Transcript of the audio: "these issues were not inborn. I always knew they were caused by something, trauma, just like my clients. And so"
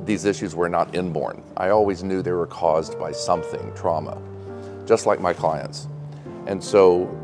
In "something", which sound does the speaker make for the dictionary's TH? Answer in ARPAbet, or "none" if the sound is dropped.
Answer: TH